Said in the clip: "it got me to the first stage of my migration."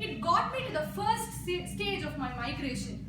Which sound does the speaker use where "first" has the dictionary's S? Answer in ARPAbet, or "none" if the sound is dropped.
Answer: S